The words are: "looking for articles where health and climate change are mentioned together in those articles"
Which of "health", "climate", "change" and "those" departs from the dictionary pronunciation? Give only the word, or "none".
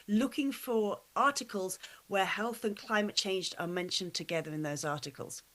none